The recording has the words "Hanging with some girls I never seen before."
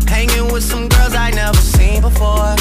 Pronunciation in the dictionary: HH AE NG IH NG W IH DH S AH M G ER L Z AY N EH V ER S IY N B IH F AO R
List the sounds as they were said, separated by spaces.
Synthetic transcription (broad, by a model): HH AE NG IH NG W IH DH S AH M G ER L Z AY N EH V ER S IY N B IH F AO R